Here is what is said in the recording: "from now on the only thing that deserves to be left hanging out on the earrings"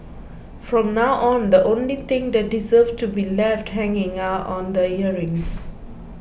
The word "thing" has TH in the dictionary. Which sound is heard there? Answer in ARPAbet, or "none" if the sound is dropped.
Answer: T